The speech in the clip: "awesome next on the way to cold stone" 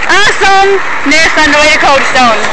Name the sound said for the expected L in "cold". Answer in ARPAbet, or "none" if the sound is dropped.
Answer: none